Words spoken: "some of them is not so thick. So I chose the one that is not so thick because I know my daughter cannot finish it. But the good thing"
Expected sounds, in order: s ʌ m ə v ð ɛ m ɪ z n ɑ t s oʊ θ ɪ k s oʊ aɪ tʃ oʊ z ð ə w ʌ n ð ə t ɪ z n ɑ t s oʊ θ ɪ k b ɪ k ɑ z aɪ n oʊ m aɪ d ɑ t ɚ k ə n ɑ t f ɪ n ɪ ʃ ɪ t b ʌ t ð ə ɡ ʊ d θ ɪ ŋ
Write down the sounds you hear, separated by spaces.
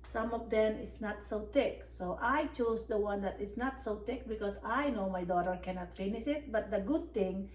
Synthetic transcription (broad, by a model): s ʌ m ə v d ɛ m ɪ s n ɑ t s oʊ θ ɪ k s oʊ aɪ tʃ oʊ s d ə w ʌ n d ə t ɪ s n ɑ t s oʊ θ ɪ k b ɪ k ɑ s aɪ n oʊ m aɪ d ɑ t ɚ k ə n ɑ t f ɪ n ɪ s ɪ t b ʌ t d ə ɡ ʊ d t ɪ ŋ